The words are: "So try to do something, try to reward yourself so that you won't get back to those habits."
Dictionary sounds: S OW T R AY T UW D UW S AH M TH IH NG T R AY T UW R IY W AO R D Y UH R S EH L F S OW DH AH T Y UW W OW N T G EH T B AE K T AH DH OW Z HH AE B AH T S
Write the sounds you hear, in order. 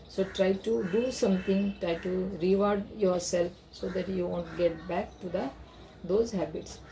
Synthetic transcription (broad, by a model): S OW T R AY T UW D UW S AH M T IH NG T R AY T UW R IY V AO R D Y UH R S EH L F S OW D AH T Y UW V OW N T G EH T B AE K T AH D OW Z HH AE B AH T S